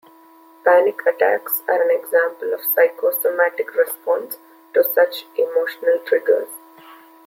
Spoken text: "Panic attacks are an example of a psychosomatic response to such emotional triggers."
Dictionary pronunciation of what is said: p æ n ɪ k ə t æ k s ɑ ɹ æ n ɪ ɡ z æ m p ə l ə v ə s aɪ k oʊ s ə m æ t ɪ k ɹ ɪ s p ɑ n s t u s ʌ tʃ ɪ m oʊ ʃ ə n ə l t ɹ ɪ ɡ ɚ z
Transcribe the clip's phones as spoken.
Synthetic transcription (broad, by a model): p æ n ɪ k ə t æ k s ɑ ɹ æ n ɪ ɡ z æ m p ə l ə v s aɪ k oʊ s ə m æ t ɪ k ɹ ɪ s p ɑ n s t u s ʌ tʃ ɪ m oʊ ʃ ə n ə l t ɹ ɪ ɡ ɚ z